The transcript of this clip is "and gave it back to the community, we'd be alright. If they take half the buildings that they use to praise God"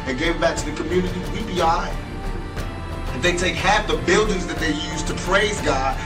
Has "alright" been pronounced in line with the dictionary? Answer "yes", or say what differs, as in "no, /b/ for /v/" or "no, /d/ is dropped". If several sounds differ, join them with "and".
no, /t/ is dropped